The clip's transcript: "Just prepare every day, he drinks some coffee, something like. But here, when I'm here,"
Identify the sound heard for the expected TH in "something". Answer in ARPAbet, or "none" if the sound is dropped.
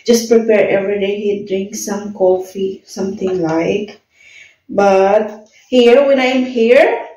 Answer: T